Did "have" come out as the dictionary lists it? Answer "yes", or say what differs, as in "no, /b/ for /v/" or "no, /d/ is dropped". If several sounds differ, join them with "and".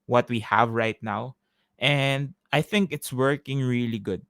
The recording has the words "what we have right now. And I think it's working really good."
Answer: yes